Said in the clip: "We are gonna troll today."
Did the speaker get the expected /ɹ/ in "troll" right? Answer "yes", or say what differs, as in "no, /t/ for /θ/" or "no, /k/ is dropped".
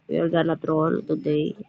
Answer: yes